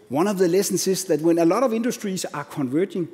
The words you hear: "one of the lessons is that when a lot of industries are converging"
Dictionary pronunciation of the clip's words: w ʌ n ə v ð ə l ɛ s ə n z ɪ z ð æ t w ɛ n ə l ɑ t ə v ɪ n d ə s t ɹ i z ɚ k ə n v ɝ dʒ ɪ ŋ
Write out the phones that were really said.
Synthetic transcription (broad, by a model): w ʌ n ə v ð ə l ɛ s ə n s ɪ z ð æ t w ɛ n ə l ɑ t ə v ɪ n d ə s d ɹ i s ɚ k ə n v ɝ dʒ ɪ ŋ